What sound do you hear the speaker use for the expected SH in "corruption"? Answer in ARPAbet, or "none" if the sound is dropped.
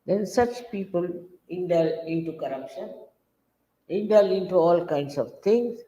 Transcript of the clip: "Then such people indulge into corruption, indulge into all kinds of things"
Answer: SH